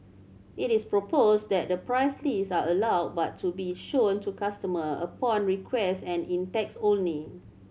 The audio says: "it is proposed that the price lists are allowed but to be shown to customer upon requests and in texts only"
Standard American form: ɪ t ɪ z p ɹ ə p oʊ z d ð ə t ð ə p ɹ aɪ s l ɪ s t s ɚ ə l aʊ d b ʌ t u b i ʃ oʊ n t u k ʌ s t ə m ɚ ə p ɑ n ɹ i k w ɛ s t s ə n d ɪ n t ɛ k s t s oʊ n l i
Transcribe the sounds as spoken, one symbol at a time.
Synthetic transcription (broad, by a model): ɪ t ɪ s p ɹ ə p oʊ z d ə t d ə p ɹ aɪ s l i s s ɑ ə l aʊ d b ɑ t u b i ʃ oʊ n t u k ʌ s t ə m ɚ ə p ɑ n ɹ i k w ɛ s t ə n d ɪ n t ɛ k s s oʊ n i